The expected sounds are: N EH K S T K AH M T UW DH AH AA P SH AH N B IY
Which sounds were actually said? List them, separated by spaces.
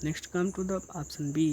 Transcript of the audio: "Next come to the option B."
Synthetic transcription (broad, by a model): N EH K S T K AH M T UW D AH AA P S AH N B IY